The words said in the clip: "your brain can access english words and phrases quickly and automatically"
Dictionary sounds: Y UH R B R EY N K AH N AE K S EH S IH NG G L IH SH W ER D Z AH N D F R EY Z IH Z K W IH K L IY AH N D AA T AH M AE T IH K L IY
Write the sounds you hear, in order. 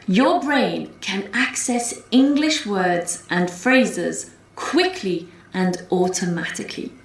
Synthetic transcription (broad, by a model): Y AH B R EY N K AH N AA K S EH S IH NG G L IH SH W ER D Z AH N F R EY Z IH Z K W IH K L IY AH N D AA T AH M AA T IH K L IY